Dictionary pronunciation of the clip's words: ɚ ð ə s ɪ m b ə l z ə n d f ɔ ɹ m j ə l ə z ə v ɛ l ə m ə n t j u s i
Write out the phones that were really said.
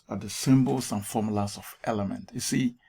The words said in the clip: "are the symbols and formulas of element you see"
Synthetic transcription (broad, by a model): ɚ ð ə s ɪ m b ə l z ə n f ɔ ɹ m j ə l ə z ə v ɛ l ə m ə n t j u s i